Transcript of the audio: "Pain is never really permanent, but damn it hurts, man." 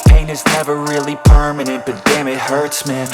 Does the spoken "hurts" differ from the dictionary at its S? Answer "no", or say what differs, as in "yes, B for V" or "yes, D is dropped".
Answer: no